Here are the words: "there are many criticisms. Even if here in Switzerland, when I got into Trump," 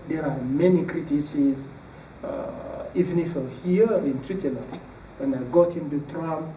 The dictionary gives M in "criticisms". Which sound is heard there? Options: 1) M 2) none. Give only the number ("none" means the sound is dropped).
2